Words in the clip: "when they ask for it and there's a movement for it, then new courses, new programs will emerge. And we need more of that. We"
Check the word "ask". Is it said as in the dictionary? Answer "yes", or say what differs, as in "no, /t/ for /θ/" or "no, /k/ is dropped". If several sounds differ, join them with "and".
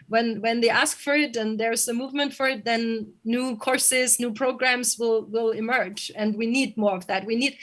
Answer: yes